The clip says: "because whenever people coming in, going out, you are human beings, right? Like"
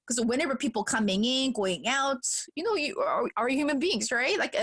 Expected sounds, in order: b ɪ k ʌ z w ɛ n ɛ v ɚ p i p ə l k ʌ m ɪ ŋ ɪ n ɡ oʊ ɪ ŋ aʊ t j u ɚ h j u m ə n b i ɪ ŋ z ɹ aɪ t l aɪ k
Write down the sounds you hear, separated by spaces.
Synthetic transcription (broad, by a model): k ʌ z w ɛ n ɛ v ɚ p i p l k ʌ m ɪ ŋ ɪ n ɡ oʊ ɪ ŋ aʊ t j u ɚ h j u m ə n b i ɪ ŋ z ɹ aɪ t l aɪ k